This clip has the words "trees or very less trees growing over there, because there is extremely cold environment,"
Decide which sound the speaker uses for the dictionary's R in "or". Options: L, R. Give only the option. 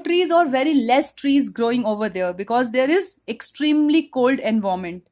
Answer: R